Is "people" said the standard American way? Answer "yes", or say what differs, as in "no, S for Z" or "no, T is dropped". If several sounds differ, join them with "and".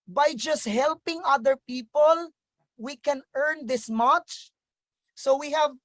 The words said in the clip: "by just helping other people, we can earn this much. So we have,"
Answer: yes